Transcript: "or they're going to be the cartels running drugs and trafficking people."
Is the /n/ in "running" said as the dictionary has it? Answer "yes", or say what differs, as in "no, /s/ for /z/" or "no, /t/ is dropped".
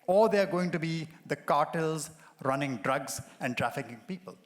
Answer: yes